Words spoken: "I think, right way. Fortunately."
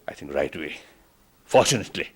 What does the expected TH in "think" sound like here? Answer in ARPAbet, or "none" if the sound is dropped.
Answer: T